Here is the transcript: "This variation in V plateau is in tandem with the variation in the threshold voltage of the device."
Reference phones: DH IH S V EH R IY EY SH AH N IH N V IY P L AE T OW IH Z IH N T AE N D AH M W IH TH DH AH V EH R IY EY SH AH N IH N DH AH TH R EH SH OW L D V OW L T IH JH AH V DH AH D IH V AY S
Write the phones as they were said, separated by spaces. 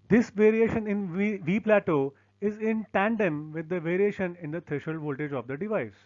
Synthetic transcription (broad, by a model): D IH S V EH R IY EY SH AH N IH N V IY P L AE T OW IH Z IH N T AE N D AH M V IH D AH V EH R IY EY SH AH N IH N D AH T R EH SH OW L V OW L T IH JH AH V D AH D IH V AY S